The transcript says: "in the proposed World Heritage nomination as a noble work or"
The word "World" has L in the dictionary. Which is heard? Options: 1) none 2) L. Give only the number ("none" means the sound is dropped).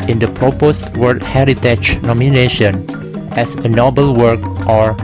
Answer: 1